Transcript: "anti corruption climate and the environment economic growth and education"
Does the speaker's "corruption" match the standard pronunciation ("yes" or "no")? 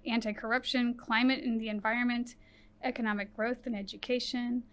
yes